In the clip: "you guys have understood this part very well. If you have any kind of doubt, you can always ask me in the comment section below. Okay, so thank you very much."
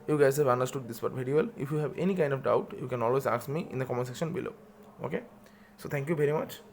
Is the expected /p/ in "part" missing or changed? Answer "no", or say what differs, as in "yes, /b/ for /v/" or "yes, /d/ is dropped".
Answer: yes, /b/ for /p/